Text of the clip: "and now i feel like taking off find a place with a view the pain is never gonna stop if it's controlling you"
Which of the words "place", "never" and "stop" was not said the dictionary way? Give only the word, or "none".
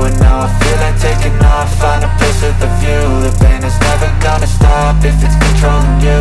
place